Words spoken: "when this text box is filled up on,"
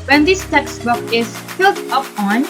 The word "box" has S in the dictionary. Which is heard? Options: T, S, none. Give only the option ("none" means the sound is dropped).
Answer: none